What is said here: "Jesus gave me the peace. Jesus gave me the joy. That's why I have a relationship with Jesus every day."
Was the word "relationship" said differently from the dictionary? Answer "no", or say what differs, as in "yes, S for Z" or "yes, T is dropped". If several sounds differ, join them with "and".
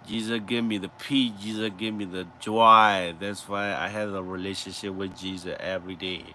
no